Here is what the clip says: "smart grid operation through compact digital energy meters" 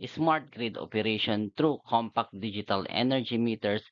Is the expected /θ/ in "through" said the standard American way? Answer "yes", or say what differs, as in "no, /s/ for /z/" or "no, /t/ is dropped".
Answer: no, /t/ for /θ/